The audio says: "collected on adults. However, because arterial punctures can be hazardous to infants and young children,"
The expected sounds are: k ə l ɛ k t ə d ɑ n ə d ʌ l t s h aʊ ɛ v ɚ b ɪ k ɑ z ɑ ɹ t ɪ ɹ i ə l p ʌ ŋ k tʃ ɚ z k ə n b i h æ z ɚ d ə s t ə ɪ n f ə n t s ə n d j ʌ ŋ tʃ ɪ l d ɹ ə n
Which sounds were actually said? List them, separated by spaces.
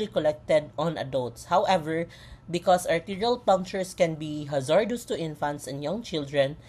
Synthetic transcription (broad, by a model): k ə l ɛ k t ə d ɑ n ə d ʌ l t s h aʊ ɛ v ɚ b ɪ k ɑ s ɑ ɹ t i ɹ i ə l p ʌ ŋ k tʃ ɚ s k ə n b i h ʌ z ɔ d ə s t ə ɪ n f ə n t s ə n d j ʌ ŋ tʃ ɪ l d ɹ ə n